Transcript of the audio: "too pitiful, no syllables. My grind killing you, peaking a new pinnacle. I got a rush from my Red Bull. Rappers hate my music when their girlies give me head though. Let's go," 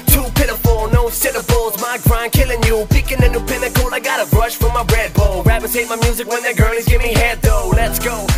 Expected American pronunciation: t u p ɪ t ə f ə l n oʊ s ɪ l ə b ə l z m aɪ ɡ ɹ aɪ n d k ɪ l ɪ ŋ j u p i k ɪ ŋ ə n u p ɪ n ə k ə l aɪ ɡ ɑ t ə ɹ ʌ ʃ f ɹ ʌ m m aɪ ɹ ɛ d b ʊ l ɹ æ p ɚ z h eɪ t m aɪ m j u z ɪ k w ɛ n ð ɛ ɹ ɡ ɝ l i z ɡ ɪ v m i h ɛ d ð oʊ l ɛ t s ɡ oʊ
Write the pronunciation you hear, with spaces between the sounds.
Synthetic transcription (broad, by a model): t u p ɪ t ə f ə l n oʊ s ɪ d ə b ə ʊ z m aɪ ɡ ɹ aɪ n k ɪ l ɪ ŋ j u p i k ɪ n ə n u p ɪ n ə k ə l aɪ ɡ ɑ t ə ɹ ʌ ʃ f ɹ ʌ m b ɹ ɛ d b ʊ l ɹ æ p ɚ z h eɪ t m aɪ m j u z ɪ k w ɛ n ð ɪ ɡ ɝ l i z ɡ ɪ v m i h ɛ d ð oʊ l ɛ t s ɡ oʊ